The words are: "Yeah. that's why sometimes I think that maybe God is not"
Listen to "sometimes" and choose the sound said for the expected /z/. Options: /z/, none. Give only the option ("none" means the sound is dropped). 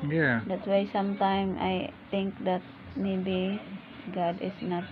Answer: none